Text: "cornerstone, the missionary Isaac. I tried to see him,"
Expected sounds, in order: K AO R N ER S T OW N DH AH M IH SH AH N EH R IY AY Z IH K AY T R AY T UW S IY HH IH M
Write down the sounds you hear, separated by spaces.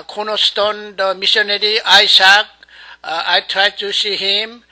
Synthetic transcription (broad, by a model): K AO N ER S T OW N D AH M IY S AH N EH R IY AY S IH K AY T R AY T UW S IY HH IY M